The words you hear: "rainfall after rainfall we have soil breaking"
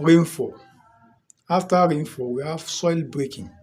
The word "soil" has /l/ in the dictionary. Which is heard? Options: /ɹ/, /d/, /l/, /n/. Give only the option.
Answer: /l/